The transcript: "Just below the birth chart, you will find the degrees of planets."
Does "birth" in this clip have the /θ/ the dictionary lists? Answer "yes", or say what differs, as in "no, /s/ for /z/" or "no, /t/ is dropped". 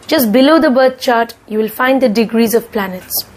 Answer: no, /t/ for /θ/